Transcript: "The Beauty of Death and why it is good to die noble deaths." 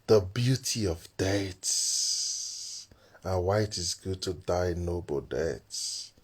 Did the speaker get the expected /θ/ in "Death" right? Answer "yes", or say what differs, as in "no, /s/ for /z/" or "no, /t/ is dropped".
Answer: no, /s/ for /θ/